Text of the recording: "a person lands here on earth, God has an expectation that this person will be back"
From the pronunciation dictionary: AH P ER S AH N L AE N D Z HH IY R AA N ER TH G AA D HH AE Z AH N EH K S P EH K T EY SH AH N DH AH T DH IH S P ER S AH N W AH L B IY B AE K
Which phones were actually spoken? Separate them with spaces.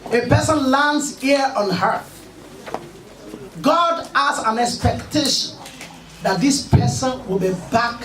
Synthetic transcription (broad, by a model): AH P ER S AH N L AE N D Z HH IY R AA N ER G AA D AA S AH N EH K S P EH K T EY SH AH N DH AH T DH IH S P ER S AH N W AH L B IY B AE K